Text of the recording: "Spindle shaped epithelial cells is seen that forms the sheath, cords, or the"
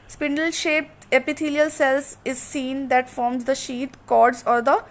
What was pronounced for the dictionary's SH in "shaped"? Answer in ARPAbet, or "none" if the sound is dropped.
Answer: SH